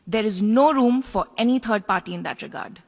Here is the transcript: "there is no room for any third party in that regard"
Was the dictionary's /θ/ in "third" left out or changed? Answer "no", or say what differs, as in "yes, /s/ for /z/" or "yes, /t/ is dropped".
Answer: yes, /t/ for /θ/